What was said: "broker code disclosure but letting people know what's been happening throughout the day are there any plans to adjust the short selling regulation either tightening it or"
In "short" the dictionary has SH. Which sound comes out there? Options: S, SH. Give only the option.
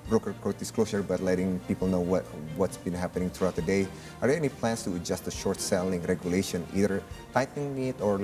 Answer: SH